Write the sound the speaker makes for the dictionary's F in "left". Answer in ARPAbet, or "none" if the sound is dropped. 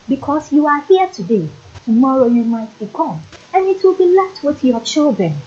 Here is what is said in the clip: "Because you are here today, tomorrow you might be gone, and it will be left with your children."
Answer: none